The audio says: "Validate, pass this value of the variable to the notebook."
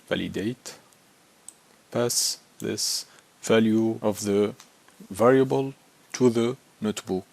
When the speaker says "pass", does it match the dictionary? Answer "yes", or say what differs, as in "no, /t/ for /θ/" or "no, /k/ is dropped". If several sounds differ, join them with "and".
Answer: yes